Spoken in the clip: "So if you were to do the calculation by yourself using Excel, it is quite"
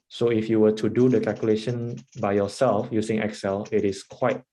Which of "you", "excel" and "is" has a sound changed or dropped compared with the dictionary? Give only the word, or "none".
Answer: is